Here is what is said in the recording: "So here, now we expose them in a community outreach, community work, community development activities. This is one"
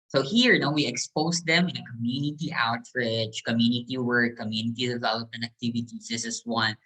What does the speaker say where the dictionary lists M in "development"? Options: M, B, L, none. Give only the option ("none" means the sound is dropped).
none